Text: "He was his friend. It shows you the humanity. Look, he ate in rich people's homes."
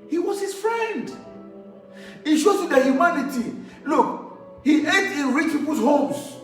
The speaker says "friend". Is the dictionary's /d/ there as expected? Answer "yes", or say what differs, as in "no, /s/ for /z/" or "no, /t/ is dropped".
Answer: yes